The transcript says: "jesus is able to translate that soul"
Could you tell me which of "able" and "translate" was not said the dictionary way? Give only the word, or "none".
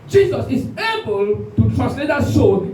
translate